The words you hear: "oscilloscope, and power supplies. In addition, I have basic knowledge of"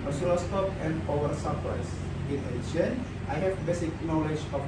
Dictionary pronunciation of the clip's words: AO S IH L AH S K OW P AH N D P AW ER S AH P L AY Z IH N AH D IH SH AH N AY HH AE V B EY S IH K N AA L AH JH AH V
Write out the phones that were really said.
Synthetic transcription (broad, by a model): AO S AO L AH S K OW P AH N D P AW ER S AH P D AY S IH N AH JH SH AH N AY HH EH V B EY S IH K N AA L AH JH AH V